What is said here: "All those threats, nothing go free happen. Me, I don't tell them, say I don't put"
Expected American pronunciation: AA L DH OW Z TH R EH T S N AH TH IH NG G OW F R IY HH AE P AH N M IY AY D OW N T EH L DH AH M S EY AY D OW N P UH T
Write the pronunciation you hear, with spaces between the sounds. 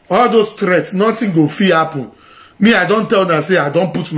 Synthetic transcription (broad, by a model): AA L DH OW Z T R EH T S N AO T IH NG G OW F IY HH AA P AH N M IY AY D OW N T EH L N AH S EY AY D OW N P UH T